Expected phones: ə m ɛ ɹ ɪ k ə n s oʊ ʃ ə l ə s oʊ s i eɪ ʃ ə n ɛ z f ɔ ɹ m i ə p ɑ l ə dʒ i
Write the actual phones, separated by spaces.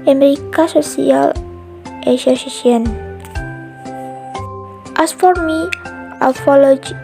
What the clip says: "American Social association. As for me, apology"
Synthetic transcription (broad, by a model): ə m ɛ ɹ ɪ k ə s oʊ s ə l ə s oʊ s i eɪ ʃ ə n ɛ s f ɔ ɹ m i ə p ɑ l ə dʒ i